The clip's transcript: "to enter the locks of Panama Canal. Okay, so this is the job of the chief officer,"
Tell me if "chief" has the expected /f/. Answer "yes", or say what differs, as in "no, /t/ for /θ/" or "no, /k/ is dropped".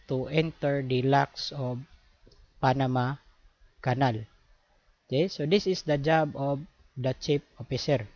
no, /p/ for /f/